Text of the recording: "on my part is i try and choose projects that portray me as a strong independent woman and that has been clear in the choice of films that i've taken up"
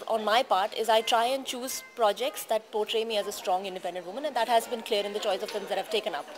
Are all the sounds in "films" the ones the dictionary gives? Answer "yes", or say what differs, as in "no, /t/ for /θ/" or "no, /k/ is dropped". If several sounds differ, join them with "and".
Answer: no, /l/ is dropped